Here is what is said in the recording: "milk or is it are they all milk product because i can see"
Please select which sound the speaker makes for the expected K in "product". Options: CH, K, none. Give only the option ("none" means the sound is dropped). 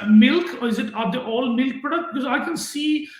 none